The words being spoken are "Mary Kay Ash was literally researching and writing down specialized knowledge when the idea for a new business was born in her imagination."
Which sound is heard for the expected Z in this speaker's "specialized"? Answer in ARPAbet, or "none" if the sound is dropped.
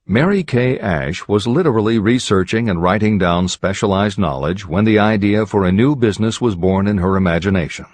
Z